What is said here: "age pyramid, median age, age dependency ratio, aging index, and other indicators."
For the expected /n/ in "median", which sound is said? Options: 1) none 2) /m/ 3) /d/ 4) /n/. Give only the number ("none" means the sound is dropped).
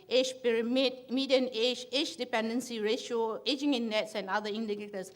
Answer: 4